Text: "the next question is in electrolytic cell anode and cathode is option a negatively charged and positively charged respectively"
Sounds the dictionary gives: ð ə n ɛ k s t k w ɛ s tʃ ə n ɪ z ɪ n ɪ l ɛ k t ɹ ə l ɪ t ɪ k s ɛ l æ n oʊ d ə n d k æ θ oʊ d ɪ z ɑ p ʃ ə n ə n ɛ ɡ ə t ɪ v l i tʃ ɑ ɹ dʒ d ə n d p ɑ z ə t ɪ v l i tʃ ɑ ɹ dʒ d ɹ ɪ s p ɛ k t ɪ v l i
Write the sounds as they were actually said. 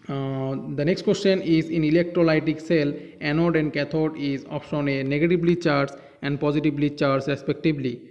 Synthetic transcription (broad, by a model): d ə n ɛ k s t k w ɛ s tʃ ə n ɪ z ɪ n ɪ l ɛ k t ɹ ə l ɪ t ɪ k s ɛ l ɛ n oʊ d ə n d k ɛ t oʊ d ɪ z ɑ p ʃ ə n ə n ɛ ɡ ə t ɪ b l i tʃ ɑ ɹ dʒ ə n d p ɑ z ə t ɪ b l i tʃ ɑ ɹ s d ɹ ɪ s p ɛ k t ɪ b l i